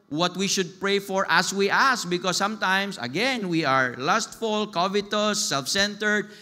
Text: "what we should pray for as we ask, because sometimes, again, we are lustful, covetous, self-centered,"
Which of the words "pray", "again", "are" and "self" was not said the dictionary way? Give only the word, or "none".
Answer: none